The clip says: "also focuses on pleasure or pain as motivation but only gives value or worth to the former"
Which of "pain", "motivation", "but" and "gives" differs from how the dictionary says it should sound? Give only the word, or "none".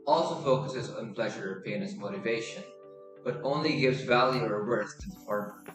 none